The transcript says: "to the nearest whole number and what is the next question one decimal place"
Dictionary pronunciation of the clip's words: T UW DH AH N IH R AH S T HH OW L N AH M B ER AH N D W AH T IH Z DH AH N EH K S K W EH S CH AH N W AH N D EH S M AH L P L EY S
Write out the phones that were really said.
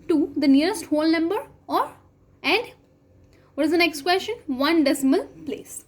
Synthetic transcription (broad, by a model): T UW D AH N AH R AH S T HH OW L N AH M B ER AH N D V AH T IH Z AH N EH K S K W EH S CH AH N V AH N D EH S M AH L P L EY S